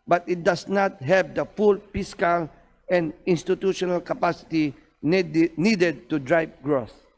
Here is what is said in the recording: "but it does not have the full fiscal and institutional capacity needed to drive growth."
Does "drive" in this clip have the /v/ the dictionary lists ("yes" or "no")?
no